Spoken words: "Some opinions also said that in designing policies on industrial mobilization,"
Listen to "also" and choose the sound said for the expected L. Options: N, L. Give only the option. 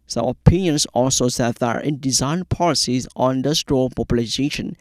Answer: L